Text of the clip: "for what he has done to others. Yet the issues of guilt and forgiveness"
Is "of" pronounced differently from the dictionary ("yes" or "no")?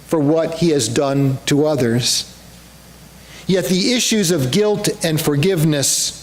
no